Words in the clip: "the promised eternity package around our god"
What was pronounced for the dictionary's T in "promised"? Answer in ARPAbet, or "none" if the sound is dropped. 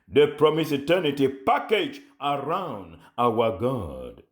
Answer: none